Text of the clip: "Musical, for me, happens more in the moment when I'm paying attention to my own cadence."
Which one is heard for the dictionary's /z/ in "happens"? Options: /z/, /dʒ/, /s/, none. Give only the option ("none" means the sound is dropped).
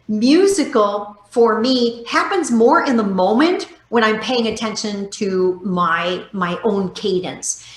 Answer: /z/